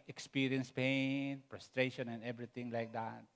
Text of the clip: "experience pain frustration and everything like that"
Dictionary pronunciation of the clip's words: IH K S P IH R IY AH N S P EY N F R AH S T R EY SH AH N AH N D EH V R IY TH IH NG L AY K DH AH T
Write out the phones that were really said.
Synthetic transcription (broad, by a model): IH K S P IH R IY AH N S P EY N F R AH S T R EY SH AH N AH N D EH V R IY T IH NG L AY K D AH T